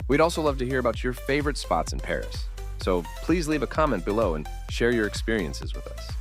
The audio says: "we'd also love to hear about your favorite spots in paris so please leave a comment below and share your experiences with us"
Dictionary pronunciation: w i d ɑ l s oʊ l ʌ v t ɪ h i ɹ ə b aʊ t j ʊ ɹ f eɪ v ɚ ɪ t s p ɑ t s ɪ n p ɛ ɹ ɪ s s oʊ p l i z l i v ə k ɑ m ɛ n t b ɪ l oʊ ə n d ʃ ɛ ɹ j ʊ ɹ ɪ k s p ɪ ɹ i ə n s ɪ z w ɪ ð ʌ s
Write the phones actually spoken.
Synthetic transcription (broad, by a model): w i d ɑ l s oʊ l ʌ v t ɪ h i ɹ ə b aʊ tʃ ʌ ɹ f eɪ v ɚ ɪ t s p ɑ t s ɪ n p ɛ ɹ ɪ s s oʊ p l i z l i v ə k ɑ m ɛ n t b ɪ l oʊ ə n ʃ ɛ ɹ j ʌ ɹ ɪ k s p ɪ ɹ i ə n s ɪ z w ɪ ð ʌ s